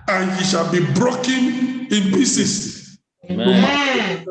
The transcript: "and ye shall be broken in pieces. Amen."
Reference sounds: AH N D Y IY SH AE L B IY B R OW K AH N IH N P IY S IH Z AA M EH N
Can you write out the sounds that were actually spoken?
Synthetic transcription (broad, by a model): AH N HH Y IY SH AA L B IY B R OW K AH N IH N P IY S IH S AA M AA